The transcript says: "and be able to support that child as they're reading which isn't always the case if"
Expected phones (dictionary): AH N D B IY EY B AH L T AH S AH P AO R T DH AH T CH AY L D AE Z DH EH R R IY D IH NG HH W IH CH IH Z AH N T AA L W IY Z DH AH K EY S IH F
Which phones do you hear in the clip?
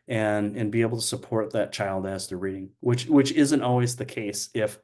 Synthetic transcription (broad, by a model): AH N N B IY EY B L T AH S AH P AO R T DH AH T CH AY L D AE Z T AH R R IY D IH NG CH W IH CH IH Z AH N T AA L W IY Z DH AH K EY S IH F